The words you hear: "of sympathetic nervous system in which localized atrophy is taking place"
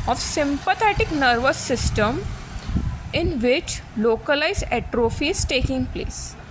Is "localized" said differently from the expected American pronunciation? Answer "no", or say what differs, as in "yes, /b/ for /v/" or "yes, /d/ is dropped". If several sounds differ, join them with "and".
yes, /d/ is dropped